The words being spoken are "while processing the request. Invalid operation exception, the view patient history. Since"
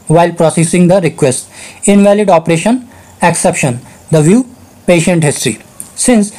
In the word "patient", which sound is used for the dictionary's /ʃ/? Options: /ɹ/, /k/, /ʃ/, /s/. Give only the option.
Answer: /ʃ/